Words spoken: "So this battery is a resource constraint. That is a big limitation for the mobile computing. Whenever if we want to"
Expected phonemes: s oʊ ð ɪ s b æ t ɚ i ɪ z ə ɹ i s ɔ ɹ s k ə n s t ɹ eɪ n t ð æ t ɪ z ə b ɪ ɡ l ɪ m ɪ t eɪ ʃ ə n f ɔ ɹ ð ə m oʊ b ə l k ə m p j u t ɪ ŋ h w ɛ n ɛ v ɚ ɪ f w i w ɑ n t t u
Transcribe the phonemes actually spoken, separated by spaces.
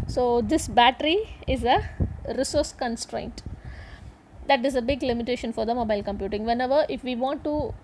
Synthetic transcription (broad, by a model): s oʊ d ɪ s b æ t ɚ i ɪ z ə ɹ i s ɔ ɹ s k ə n s t ɹ eɪ n t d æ t ɪ z ə b ɪ ɡ l ɪ m ɪ t eɪ ʃ ə n f ɔ ɹ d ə m oʊ b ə l k ə m p j u t ɪ ŋ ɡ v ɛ n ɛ v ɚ ɪ f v i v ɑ n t t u